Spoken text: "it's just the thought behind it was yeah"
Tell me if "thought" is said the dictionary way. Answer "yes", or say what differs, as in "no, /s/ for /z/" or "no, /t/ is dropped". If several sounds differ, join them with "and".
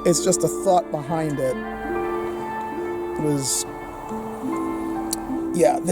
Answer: yes